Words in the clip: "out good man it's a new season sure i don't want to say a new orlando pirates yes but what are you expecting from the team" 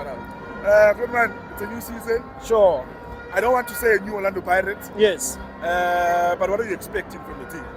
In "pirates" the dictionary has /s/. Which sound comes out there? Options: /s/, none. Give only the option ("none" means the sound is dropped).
none